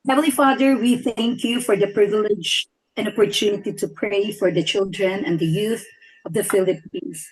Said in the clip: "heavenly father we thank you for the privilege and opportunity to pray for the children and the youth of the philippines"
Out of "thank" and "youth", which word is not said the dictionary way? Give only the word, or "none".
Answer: none